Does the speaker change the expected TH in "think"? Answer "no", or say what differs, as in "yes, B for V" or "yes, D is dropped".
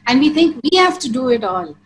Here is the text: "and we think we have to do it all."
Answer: yes, T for TH